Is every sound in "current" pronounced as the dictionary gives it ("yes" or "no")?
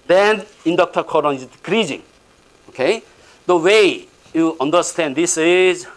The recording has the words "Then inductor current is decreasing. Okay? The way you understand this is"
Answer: no